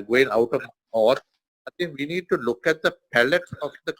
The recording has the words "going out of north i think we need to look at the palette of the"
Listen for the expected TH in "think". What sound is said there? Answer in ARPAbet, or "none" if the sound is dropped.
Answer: T